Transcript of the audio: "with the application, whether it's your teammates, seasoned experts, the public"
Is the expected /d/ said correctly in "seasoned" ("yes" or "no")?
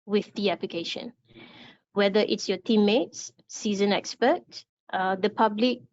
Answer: no